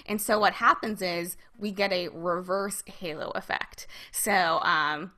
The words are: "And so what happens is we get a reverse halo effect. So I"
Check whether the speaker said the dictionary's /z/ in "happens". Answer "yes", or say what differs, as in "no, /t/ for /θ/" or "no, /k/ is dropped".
yes